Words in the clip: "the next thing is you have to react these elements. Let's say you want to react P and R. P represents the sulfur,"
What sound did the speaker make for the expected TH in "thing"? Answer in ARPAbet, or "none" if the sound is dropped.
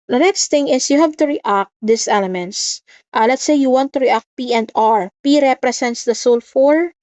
T